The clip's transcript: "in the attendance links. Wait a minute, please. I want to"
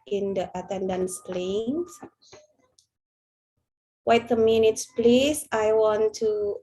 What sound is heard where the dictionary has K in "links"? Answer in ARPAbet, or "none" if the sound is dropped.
none